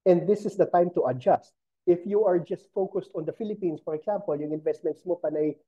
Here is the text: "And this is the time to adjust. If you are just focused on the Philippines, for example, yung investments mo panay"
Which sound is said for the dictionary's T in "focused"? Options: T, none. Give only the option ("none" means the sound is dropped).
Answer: T